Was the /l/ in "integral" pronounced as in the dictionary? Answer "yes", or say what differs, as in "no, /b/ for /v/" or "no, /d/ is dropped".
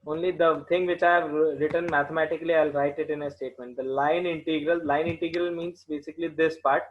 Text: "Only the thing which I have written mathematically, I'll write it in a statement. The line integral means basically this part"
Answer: yes